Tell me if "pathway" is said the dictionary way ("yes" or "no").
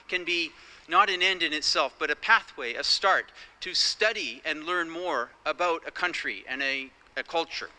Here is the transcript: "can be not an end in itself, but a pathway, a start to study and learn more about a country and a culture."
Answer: yes